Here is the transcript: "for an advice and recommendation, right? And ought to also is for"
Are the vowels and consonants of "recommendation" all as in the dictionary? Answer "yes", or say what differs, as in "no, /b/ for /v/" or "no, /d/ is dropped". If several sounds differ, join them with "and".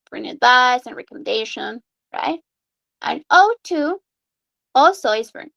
yes